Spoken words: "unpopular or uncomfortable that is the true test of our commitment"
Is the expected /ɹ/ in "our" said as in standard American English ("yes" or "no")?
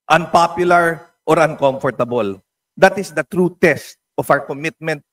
no